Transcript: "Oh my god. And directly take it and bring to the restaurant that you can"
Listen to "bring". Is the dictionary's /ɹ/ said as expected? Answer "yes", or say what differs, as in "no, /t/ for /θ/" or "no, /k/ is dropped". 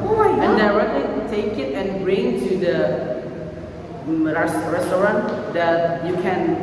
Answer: yes